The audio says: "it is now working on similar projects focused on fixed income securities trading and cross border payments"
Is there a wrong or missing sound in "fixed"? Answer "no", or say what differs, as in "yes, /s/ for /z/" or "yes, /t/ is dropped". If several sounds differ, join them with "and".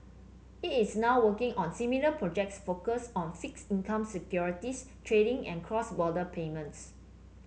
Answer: yes, /t/ is dropped